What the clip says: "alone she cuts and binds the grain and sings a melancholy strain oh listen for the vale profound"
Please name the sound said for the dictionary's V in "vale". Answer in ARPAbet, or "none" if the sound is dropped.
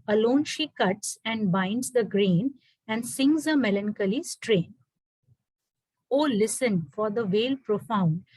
V